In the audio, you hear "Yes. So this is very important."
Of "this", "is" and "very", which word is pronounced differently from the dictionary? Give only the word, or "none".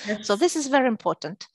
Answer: none